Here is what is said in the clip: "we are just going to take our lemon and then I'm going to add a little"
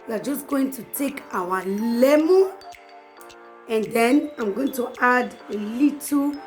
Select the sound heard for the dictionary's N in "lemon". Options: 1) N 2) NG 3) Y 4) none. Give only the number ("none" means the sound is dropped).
4